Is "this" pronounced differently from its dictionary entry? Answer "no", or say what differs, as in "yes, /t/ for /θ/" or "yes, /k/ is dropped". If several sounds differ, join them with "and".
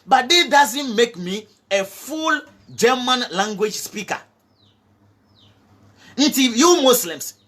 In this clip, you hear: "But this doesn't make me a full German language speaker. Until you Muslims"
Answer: yes, /s/ is dropped